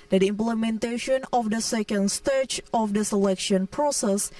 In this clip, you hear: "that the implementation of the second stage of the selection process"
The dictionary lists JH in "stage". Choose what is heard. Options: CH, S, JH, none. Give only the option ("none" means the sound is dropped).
CH